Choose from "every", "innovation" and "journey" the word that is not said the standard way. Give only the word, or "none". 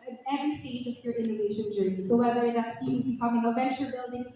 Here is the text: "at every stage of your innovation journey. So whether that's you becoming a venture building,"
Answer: every